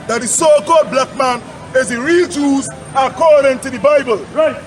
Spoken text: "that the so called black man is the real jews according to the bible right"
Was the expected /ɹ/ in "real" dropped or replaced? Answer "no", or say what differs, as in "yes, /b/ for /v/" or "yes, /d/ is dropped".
no